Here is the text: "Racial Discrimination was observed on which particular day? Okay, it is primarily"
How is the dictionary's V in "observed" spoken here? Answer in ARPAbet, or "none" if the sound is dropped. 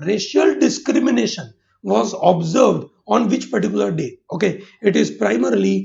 V